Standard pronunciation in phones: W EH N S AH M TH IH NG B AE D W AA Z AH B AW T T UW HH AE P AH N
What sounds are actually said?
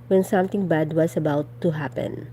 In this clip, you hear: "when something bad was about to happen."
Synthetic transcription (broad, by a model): W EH N S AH M T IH NG B AE D W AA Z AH B AW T T UW HH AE P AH N